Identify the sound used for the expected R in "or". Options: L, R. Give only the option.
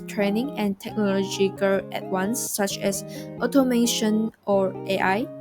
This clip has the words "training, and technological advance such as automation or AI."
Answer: R